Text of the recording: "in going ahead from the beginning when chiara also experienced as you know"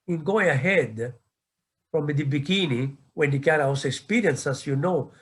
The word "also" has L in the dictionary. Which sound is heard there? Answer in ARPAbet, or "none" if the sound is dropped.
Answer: none